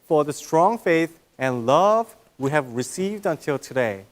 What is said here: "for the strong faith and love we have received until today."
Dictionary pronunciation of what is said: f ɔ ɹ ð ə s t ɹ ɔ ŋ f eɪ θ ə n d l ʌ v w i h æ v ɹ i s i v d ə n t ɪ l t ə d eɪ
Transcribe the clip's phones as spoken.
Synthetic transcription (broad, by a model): f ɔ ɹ ð ə s t ɹ ɔ ŋ f eɪ θ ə n l ʌ v w i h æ v ɹ i s i v d ə n t ɪ l t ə d eɪ